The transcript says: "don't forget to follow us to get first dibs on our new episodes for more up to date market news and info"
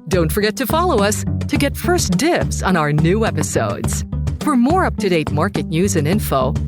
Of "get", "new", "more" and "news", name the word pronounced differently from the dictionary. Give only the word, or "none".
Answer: none